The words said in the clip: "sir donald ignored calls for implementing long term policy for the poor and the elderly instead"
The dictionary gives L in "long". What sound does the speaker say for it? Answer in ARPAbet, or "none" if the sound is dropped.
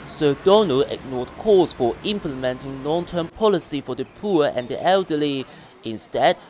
N